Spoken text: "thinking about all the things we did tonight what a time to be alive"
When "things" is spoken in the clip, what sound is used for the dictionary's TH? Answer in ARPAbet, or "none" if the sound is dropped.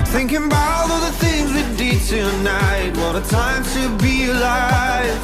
TH